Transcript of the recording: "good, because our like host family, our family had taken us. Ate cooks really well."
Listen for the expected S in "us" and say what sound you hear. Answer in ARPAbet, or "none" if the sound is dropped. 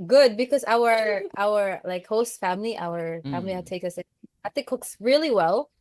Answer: TH